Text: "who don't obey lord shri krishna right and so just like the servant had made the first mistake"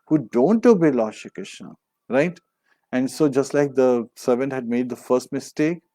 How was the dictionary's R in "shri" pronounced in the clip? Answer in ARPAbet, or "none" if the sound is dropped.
none